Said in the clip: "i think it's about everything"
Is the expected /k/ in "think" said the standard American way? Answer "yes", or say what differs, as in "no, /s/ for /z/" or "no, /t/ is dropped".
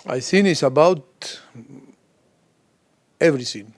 no, /k/ is dropped